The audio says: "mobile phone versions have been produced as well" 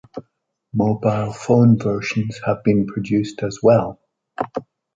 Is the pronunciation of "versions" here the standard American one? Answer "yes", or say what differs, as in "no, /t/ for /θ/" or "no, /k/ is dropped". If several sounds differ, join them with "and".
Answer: no, /ʃ/ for /ʒ/